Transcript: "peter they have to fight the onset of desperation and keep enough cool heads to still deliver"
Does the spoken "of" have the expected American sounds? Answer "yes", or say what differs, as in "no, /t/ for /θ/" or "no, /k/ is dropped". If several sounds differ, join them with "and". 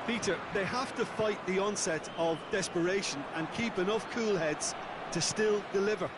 yes